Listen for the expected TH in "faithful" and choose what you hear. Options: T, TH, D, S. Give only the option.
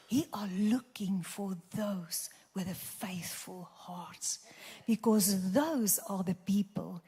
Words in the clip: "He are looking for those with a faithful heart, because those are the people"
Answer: TH